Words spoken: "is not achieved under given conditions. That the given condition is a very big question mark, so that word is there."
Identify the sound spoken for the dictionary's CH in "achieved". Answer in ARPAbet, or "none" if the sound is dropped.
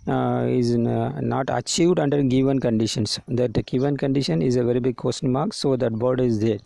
CH